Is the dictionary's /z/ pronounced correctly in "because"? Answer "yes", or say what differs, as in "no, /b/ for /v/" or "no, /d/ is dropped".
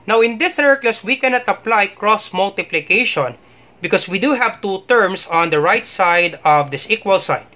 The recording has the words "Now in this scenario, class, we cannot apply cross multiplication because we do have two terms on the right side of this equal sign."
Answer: no, /s/ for /z/